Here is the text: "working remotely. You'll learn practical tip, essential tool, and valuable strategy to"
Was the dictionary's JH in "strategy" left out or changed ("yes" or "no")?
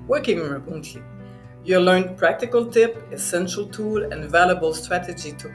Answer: no